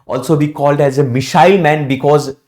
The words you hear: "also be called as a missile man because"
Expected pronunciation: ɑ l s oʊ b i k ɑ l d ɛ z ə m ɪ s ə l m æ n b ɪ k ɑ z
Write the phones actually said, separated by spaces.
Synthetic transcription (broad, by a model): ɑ l s oʊ b i k ɑ l d ɛ z ə m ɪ ʃ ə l m æ n b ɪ k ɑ z